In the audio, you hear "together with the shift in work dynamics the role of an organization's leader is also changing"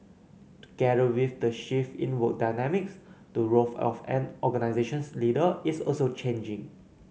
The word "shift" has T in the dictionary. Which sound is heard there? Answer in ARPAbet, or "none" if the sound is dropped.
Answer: none